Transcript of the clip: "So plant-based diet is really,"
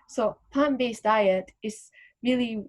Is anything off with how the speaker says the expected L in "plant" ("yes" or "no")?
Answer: yes